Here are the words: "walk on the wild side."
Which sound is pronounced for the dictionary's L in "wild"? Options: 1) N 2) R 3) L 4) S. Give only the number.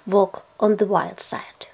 3